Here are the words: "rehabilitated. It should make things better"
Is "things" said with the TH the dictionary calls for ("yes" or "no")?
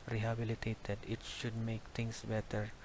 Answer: no